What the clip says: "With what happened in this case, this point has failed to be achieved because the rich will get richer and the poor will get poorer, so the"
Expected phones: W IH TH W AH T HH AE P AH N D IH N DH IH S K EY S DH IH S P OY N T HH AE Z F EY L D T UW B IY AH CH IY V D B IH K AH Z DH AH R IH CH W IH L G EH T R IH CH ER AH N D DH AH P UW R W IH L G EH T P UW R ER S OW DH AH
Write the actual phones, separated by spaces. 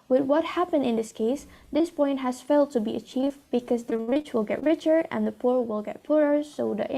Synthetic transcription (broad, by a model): W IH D W AH T HH AE P AH N D IH N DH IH S K EY S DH IH S P OY N T HH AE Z F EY L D T UW B IY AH CH IY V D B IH K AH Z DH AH R IH CH W IH L G EH T R IH CH ER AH N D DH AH P UW R W IH L G EH T P UW R ER S OW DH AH